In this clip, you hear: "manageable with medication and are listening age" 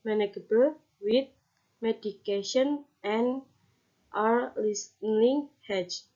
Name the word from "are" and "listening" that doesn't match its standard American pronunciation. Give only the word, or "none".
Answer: listening